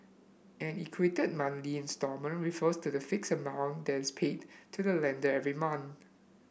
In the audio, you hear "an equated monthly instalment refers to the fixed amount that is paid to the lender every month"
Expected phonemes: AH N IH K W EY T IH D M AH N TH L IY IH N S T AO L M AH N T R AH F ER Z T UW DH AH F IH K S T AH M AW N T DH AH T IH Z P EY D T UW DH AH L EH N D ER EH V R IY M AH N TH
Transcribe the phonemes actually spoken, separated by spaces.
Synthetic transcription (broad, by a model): AH N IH K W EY T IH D M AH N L IY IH N S T AO M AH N R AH F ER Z T UW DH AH F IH K S AH M AW N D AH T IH S P EY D T UW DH AH L EH N D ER EH V R IY M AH N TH